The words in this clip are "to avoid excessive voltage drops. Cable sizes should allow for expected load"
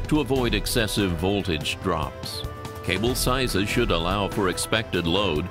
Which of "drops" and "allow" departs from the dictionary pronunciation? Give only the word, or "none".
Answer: none